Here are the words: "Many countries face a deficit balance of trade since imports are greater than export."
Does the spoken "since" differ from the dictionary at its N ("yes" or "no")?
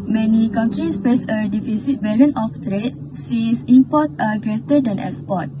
yes